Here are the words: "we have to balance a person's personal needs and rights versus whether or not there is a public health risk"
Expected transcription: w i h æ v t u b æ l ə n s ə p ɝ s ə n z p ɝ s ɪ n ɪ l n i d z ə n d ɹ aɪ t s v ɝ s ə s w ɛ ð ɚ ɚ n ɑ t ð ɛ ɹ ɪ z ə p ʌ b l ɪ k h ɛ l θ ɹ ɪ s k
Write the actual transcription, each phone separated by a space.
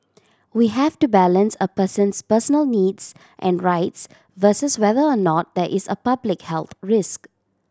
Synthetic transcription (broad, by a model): w i h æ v t u b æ l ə n s ə p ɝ s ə n s p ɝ s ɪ n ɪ l n i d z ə n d ɹ aɪ t s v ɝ s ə s w ɛ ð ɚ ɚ n ɑ t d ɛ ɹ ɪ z ə p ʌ b l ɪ k h ɛ l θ ɹ ɪ s k